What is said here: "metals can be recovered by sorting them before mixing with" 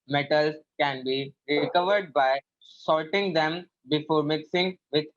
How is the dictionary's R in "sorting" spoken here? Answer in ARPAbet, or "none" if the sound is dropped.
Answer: L